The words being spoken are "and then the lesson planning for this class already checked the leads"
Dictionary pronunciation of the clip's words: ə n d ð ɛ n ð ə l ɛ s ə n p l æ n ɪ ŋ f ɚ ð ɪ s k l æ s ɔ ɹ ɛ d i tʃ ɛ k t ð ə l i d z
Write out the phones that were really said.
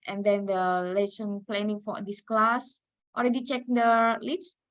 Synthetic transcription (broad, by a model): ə n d ɛ n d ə l ɛ s ə n p l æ n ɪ ŋ f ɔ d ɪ s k l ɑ s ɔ l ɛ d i tʃ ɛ k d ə l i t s